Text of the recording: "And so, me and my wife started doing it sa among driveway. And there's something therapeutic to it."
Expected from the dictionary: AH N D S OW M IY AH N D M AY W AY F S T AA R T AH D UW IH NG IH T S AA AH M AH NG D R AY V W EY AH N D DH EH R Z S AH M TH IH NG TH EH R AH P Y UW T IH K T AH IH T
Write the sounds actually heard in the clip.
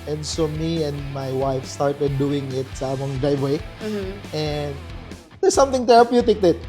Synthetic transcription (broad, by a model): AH N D S OW M IY AH N D M AY W AY F S T AA R T AH D UW IH NG IH T S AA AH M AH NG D R AY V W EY AH N D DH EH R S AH M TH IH NG T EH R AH P Y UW T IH K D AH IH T